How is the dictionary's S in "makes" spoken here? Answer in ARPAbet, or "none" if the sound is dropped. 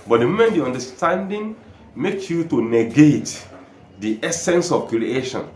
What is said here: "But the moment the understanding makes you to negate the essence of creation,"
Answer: none